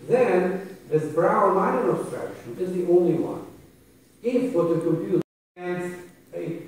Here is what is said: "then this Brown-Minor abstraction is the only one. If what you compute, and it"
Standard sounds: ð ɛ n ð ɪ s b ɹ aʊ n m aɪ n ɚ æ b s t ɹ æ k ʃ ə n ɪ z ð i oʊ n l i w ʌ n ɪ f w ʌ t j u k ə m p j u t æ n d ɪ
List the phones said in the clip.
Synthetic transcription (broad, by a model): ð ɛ n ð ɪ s b ɹ aʊ n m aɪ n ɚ æ b s t ɹ æ k ʃ ə n ɪ z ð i oʊ n l i w ʌ n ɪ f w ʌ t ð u k ə m p j u t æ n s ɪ